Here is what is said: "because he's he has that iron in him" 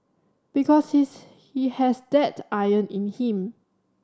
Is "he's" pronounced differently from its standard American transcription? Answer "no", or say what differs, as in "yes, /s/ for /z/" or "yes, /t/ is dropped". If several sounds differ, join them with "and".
yes, /s/ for /z/